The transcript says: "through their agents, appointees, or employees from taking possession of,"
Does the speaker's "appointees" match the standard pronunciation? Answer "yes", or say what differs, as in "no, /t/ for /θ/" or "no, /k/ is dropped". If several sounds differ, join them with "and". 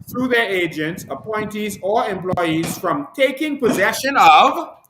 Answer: yes